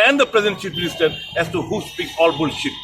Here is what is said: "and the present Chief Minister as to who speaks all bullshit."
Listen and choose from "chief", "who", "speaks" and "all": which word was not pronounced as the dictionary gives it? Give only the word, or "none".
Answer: chief